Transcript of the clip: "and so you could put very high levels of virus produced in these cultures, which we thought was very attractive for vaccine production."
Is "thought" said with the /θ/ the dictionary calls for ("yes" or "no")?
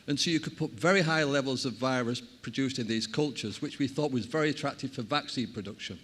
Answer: yes